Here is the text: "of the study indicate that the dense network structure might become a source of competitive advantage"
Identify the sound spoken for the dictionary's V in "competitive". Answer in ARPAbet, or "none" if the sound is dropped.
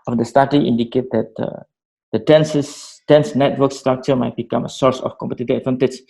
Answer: none